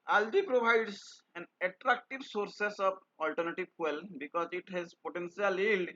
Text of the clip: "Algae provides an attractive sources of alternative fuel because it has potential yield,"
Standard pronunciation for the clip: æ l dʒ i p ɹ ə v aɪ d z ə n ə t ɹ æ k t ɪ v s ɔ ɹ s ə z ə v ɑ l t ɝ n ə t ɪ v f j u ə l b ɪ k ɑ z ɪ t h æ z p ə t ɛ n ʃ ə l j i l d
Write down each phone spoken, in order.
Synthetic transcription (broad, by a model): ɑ l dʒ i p ɹ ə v aɪ d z ə n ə t ɹ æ k t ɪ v s ɔ ɹ s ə s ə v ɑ l t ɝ n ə t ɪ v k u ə l b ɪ k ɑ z ɪ t h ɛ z p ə t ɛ n s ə l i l d